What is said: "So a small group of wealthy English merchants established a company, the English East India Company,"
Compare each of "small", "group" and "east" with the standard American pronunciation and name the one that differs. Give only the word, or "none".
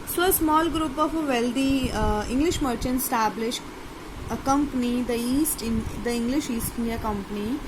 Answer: none